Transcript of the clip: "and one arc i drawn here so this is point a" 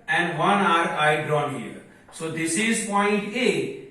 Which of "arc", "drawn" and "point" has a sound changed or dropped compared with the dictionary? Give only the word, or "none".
arc